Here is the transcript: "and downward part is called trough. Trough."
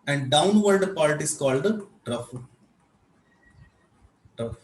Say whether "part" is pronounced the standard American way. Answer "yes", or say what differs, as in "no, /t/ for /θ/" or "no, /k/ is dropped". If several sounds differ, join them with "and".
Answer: no, /l/ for /ɹ/